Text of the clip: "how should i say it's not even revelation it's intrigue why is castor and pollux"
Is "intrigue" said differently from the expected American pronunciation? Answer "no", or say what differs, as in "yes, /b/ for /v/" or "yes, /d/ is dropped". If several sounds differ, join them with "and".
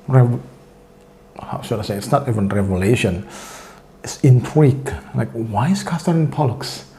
yes, /w/ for /ɹ/